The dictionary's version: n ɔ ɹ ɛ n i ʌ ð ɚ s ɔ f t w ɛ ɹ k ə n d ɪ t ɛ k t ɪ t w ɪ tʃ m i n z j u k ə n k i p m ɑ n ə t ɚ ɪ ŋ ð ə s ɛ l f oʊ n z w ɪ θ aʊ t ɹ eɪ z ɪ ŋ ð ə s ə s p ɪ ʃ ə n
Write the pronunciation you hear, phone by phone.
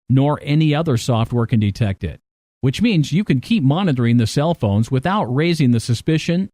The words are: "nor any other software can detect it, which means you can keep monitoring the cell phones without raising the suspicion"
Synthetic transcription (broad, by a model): n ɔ ɹ ɛ n i ʌ ð ɚ s ɔ f t w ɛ ɹ k ə n d ɪ t ɛ k t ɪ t w ɪ tʃ m i n z j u k ə n k i p m ɑ n ə t ɚ ɪ ŋ ð ə s ɛ l f oʊ n z w ɪ θ aʊ t ɹ eɪ z ɪ ŋ ð ə s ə s p ɪ ʃ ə n